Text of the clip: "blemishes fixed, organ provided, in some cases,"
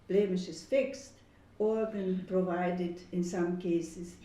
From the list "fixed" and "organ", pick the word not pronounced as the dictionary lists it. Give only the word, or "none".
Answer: none